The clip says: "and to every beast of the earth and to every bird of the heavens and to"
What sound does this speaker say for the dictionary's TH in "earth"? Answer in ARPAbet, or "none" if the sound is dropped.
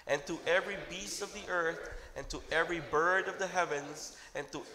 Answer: TH